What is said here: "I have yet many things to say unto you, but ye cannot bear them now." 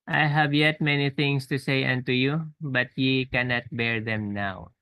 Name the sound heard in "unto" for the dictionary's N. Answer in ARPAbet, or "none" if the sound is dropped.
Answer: N